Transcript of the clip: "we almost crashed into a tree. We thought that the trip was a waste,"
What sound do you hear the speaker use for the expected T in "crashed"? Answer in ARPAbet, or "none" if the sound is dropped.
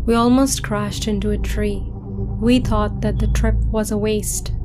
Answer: T